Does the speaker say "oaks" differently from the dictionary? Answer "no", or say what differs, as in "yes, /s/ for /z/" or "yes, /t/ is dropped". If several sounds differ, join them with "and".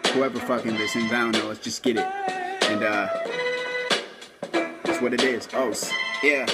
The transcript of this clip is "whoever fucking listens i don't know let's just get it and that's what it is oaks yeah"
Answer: yes, /k/ is dropped